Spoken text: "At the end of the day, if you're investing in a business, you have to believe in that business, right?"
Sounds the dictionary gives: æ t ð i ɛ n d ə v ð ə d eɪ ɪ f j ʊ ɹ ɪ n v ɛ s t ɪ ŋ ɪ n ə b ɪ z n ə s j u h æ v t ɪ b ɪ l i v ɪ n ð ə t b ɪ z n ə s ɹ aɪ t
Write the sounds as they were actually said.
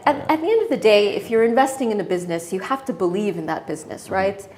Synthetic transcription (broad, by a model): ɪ t ð i ɛ n d ə v ð ə d eɪ ɪ f j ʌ ɹ ɪ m v ɛ s t ɪ ŋ ɪ n ə b ɪ z n ə s j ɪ h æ f t ɪ b ɪ l i v ɪ n ð ə t b ɪ z n ə s ɹ aɪ t